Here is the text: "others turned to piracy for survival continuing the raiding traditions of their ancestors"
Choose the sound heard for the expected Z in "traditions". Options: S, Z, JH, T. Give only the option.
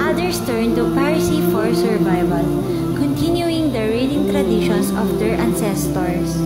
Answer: S